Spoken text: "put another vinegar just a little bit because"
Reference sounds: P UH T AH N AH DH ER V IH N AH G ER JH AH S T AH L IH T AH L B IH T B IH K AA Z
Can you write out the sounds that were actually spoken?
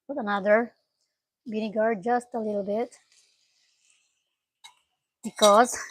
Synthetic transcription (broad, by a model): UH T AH N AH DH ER B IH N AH G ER JH AH S T AH L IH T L B IH T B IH K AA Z